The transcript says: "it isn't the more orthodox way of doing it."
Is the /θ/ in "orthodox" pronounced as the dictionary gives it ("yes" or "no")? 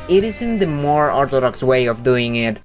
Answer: no